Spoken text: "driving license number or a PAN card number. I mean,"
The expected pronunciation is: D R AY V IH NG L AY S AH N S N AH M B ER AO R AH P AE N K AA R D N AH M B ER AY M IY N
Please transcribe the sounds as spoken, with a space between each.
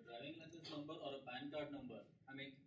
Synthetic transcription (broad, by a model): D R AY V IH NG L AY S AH S N AH M B ER AO R AH B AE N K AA R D N AH M B ER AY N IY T